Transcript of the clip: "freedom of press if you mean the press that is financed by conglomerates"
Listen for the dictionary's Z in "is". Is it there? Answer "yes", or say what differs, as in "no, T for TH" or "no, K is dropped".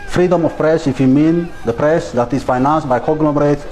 no, S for Z